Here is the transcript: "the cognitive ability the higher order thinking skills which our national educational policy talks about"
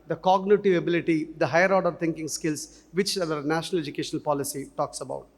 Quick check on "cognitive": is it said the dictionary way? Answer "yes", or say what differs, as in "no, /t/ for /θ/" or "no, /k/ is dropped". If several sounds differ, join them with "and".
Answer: yes